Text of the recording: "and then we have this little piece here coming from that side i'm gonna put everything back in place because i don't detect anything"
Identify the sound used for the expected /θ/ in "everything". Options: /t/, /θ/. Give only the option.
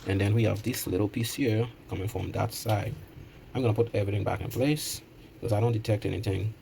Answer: /θ/